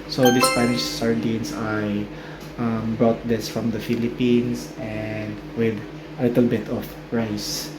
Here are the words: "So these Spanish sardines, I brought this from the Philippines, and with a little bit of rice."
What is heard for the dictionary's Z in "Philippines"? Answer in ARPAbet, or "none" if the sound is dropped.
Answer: S